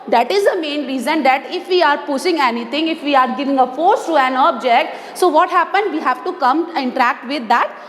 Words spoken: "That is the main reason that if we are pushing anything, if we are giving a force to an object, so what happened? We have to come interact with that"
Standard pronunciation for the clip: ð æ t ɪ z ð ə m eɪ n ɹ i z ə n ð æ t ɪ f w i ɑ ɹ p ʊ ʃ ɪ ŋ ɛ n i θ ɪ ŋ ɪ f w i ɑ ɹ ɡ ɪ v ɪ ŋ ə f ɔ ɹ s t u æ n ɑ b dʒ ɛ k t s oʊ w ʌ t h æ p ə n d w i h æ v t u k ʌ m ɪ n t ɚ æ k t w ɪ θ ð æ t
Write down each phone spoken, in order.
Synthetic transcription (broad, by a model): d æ t ɪ z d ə m eɪ n ɹ i z ə n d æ t ɪ f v i ɑ ɹ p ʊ s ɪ ŋ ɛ n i t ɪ ŋ ɪ f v i ɑ ɹ ɡ ɪ v ɪ ŋ ə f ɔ ɹ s t u æ n ɑ b dʒ ɛ k t s oʊ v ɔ t h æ p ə n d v i h æ v t u k ʌ m ɪ n t ɚ æ k t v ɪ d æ t